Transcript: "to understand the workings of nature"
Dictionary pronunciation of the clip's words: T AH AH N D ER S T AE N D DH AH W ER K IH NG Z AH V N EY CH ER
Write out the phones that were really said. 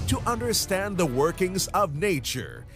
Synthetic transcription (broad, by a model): T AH AH N D ER S T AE N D DH AH W ER K IH NG Z AH V N EY CH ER